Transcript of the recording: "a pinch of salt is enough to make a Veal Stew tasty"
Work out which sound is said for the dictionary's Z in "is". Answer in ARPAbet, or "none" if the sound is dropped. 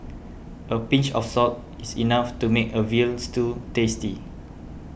S